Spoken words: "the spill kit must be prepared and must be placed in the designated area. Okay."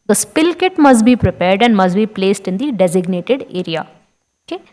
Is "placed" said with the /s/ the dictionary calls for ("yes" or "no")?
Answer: yes